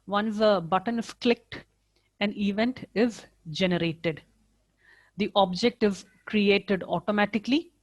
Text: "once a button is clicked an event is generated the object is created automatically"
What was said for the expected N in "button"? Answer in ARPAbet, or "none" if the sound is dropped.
N